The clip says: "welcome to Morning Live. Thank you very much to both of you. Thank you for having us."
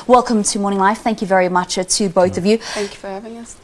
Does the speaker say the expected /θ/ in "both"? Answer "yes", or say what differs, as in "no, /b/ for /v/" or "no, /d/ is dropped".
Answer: yes